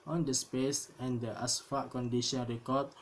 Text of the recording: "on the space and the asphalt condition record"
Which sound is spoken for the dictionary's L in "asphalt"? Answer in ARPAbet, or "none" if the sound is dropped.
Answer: none